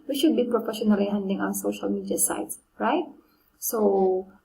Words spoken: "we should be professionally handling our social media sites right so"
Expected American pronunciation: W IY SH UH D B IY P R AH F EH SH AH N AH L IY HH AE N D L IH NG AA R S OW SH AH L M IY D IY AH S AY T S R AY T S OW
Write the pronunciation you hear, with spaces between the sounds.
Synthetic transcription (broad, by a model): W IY SH UH D B IY P R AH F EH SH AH N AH L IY HH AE N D IH NG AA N S OW SH AH L M IY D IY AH S AY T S R AY T S OW